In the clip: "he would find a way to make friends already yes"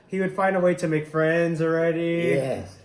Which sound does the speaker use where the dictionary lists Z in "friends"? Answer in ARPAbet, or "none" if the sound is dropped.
Z